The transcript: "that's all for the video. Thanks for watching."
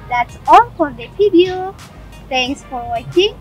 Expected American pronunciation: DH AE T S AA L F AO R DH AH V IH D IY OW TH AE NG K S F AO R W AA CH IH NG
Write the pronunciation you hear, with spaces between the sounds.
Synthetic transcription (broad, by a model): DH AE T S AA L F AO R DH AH P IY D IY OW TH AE NG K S F AO R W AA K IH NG